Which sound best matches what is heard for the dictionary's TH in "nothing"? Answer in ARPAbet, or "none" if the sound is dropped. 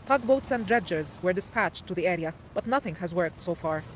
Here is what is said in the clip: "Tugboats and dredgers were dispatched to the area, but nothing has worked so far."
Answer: TH